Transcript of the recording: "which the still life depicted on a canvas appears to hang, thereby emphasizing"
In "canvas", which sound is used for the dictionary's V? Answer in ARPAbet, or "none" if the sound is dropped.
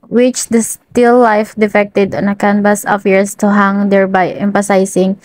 B